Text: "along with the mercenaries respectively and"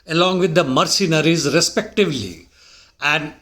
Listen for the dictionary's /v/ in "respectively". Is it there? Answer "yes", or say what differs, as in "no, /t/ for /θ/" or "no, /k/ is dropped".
yes